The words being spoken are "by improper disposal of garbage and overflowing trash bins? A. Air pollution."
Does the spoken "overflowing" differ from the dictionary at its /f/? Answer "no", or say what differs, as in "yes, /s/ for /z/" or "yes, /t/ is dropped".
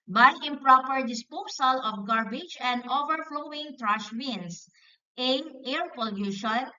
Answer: no